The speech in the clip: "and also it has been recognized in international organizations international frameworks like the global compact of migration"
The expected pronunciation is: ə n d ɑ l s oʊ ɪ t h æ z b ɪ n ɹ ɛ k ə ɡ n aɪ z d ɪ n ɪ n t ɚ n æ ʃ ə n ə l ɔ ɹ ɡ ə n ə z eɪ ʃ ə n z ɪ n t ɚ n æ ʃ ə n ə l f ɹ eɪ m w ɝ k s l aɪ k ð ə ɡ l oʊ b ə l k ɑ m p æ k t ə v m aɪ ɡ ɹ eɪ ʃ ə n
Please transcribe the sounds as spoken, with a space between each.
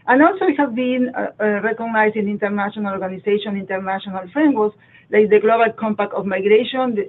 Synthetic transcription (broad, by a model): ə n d ɑ l s oʊ ɪ t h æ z b ɪ n ɹ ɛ k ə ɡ n aɪ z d ɪ n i n t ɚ n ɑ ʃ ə n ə l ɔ ɹ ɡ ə n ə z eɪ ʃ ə n i n t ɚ n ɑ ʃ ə n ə l f ɹ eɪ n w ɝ s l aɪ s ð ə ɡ l oʊ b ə l k ɑ m p æ k t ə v m aɪ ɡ ɹ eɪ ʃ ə n